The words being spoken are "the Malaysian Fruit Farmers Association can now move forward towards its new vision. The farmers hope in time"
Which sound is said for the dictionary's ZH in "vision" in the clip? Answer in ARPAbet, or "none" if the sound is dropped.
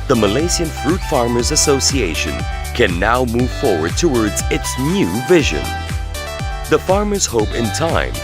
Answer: ZH